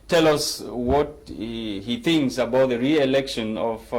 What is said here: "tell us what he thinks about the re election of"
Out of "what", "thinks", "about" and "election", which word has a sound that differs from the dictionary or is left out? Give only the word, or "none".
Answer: none